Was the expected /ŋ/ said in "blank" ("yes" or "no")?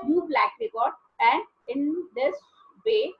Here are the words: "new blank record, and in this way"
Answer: no